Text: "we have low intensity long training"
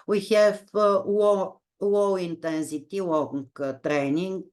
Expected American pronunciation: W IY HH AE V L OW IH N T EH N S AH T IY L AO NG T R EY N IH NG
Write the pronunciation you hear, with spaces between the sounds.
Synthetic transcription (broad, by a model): W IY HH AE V W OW IH N T EH N S AH T IY W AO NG T R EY N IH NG